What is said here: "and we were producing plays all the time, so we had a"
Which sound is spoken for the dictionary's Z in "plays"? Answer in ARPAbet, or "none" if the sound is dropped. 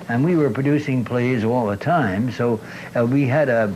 Z